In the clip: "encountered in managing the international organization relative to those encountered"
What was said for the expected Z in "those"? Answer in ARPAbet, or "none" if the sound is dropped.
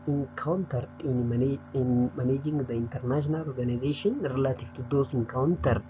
S